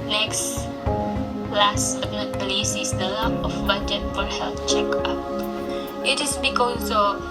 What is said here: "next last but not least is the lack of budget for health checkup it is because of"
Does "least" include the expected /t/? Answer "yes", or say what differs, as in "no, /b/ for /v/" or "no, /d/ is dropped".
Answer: no, /t/ is dropped